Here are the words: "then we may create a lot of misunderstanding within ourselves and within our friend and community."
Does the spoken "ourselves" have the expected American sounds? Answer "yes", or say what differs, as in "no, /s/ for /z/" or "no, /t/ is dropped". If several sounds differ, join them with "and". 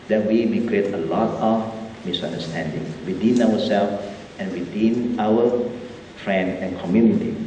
no, /w/ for /ɹ/